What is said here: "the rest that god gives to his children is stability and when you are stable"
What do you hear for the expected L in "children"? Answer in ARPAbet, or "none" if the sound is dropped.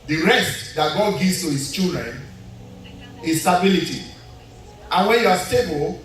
none